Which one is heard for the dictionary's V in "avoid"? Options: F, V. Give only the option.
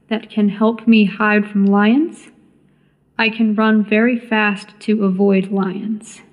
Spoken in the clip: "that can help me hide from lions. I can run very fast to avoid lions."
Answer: V